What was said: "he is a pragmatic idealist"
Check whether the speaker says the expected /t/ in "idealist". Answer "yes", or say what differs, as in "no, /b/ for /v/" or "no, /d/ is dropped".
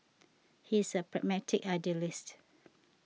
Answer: yes